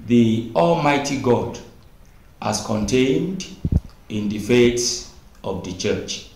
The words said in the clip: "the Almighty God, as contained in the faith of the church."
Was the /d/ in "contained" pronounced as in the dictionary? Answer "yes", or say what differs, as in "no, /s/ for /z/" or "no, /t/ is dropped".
yes